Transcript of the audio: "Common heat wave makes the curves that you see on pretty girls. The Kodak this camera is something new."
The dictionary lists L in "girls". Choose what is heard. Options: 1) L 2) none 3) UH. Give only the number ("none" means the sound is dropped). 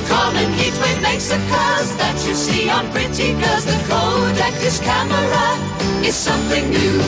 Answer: 2